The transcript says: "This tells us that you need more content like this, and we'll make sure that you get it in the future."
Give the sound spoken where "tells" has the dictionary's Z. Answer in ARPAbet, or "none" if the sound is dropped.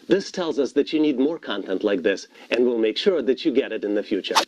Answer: Z